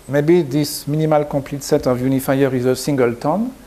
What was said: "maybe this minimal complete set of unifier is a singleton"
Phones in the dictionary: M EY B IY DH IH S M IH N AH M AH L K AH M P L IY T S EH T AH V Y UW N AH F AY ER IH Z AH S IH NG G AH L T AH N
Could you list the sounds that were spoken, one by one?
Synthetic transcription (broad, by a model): M EY B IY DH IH S M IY N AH M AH L K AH P L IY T S EH T AH V Y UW N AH F AY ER IH Z AH S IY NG G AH L T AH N